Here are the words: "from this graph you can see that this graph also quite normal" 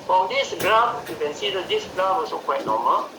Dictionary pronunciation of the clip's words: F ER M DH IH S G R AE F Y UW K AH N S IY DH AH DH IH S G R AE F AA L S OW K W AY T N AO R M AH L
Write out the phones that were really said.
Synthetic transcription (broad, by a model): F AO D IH S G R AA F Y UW K AH N S IY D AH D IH S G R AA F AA S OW K W AY T N AO M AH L